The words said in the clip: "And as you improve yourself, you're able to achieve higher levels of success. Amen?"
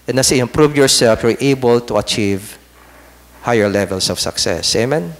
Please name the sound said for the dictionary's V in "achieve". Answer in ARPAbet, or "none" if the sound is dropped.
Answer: V